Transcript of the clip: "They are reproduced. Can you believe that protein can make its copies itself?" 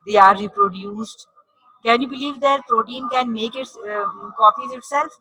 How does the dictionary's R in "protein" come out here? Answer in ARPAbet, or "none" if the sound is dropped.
R